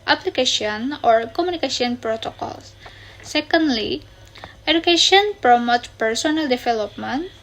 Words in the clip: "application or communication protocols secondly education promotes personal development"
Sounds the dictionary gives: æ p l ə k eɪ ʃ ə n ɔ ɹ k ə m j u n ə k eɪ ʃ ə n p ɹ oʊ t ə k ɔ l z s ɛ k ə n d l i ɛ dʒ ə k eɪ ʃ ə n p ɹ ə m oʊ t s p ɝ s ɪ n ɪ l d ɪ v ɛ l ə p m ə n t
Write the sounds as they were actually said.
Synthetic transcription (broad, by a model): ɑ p l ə k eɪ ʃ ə n ɔ ɹ k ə m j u n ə k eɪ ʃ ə n p ɹ oʊ t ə k ɔ l s ɛ k ə n d l i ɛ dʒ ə k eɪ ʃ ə n p ɹ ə m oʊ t p ɝ s ɪ n ɪ l d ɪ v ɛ l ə p m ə n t